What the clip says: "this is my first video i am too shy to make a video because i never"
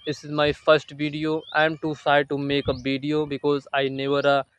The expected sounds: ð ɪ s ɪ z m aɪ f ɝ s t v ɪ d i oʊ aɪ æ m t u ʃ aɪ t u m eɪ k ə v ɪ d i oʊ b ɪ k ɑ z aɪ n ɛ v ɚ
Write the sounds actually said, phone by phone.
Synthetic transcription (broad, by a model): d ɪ s ɪ z m aɪ f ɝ s t v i d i oʊ aɪ m t u s aɪ t u m eɪ k ə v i d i oʊ b ɪ k ɑ z aɪ n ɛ v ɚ